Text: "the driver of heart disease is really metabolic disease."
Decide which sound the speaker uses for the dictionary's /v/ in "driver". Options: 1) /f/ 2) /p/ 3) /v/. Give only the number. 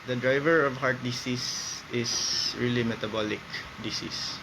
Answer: 3